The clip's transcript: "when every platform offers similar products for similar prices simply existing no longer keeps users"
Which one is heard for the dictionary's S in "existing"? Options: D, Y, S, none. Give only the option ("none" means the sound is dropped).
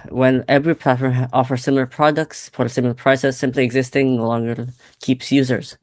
S